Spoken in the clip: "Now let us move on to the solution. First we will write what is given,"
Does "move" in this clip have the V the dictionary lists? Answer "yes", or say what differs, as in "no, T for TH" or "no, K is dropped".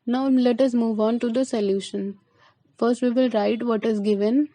yes